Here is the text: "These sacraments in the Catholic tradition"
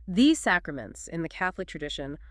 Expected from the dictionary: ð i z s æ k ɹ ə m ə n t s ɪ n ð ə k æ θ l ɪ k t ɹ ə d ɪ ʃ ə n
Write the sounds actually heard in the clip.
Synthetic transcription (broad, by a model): ð i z s æ k ɹ ə m ə n t s ɪ n ð ə k æ θ l ɪ k t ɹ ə d ɪ ʃ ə n